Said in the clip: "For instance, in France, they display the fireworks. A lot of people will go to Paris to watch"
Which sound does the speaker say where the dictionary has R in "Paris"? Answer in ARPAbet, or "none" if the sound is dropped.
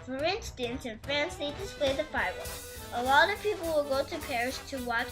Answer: R